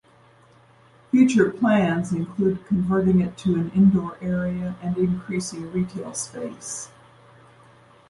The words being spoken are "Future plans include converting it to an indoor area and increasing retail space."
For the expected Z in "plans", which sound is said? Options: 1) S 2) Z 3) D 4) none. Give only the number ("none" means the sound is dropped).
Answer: 2